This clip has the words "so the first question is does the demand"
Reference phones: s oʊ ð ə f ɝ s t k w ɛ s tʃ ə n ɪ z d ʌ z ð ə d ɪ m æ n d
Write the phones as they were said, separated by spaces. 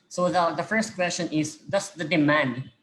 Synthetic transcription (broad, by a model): s oʊ ð ə f ɝ s t k w ɛ s tʃ ə n ɪ z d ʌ s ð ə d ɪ m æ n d